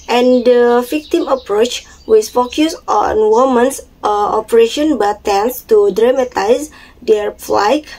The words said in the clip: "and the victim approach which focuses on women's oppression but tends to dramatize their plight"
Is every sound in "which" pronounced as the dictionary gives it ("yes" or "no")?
no